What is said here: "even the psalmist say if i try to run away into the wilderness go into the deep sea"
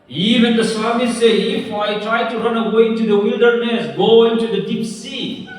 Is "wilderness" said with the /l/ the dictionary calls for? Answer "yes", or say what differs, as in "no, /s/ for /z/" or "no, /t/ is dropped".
yes